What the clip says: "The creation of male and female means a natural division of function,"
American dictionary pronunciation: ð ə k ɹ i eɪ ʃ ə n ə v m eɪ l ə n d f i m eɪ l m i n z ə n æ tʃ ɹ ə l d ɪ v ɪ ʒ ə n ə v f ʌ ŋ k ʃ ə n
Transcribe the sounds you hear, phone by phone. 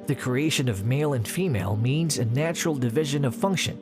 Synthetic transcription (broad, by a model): ð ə k ɹ i eɪ ʃ ə n ə v m eɪ l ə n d f i m eɪ l m i n z ə n æ tʃ ɹ l d ɪ v ɪ ʒ ə n ə v f ʌ ŋ k ʃ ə n